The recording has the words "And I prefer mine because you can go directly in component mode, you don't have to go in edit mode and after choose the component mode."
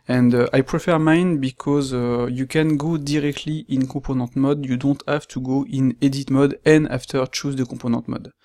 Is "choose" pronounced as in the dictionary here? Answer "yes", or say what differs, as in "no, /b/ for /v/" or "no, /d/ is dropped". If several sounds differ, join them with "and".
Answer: yes